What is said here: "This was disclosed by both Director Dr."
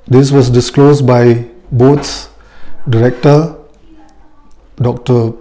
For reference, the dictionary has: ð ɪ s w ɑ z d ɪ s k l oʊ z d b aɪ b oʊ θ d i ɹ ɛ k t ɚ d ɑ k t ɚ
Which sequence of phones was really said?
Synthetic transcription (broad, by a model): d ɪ s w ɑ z d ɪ s k l oʊ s b aɪ b oʊ s d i ɹ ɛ k t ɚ d ɑ k t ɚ